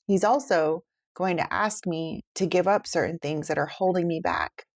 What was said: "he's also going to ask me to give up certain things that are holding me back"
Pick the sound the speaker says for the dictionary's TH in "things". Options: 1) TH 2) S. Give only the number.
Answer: 1